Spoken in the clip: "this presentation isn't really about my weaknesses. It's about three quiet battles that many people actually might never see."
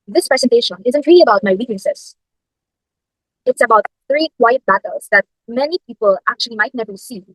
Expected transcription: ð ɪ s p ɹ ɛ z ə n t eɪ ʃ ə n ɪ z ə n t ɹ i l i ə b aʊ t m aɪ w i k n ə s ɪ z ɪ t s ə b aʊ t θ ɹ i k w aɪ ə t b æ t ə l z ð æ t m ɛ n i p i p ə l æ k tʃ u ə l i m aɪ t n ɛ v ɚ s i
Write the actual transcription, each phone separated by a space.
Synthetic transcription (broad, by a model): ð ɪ s p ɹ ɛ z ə n t eɪ ʃ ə n ɪ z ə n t ɹ i l i ə b aʊ t m aɪ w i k ə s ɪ s ɪ t s ə b aʊ t θ ɹ i k w aɪ ə t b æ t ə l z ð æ t m ɛ n i p i p ə l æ k tʃ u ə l i m aɪ t n ɛ v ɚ s i